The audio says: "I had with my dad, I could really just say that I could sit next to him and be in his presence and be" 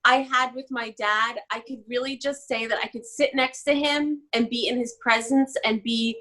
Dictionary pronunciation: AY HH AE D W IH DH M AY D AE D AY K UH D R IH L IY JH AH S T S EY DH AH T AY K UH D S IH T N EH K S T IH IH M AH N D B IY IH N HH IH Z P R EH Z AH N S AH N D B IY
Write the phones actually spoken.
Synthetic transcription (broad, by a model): AY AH D W IH DH M AY D AE D AY K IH D R IH L IY JH AH S T S EY DH AH T AY K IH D S IH T N EH K S T IH IH M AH N B IY IH N IH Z P R EH Z AH N S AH N B IY